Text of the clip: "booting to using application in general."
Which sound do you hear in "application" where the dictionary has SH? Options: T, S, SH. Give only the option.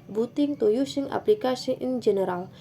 S